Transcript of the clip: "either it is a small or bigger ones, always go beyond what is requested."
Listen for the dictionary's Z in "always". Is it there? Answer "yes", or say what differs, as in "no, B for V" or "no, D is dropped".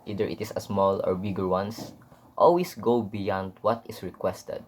no, S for Z